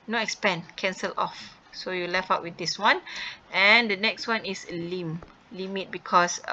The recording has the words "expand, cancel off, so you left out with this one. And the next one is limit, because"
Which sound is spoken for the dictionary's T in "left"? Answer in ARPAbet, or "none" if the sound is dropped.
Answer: none